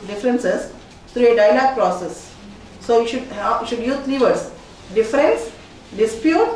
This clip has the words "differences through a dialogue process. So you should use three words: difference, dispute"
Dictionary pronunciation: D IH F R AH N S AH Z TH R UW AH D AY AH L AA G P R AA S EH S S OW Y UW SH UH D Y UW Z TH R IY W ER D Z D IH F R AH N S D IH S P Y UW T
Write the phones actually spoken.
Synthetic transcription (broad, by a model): D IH F R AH N S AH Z T R UW AH D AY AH L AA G P R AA S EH S SH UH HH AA SH UH D Y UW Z T R IY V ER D S D IH F R AH N S D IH S P Y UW T